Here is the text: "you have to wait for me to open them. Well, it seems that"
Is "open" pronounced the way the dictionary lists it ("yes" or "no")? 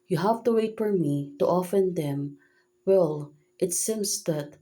no